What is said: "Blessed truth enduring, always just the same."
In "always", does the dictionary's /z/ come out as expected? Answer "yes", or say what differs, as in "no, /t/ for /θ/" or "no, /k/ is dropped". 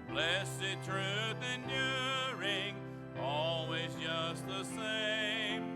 yes